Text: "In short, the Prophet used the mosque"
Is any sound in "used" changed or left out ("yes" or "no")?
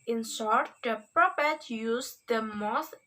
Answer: yes